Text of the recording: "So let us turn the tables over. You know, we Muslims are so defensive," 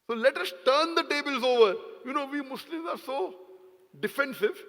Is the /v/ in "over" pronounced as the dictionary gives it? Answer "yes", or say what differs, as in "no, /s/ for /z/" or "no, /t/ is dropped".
yes